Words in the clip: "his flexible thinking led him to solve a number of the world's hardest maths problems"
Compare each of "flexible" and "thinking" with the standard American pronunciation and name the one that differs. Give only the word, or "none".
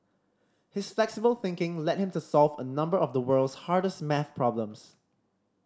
none